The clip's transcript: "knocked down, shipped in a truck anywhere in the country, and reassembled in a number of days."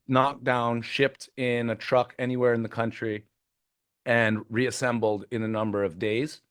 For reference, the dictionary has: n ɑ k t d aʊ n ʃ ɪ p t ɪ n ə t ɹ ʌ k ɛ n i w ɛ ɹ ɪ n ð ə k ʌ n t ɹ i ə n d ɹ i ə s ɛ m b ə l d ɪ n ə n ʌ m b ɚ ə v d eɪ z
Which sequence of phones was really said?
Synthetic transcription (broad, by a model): n ɑ k d aʊ n ʃ ɪ p t ɪ n ə t ɹ ʌ k ɛ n i w ɛ ɹ ɪ n ð ə k ʌ n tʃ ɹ i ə n ɹ i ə s ɛ m b l d ɪ n ə n ʌ m b ɚ ə v d eɪ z